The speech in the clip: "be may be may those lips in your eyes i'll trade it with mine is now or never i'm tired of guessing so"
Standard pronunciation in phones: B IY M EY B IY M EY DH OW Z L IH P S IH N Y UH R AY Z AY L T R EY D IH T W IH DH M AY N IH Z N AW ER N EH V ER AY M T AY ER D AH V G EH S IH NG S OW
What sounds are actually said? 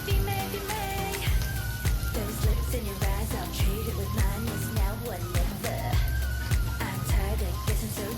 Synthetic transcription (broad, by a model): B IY M EY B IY M EY DH OW Z L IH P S IH N Y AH R AY Z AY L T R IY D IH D W IH DH M AY N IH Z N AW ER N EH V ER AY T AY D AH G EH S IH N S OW